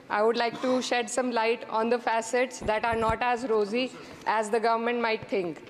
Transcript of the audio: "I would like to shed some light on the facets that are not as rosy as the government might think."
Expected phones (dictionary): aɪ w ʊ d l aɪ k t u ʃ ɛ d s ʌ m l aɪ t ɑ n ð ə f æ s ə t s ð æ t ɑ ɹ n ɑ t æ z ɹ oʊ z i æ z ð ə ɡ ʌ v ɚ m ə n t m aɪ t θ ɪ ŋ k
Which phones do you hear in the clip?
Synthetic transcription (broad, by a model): aɪ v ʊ d l aɪ k t u ʃ ɛ d s ʌ m l aɪ t ɑ n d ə f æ s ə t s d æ t ɑ ɹ n ɑ t æ z ɹ oʊ z i æ z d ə ɡ ʌ v ɚ m ə n t m aɪ t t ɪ ŋ k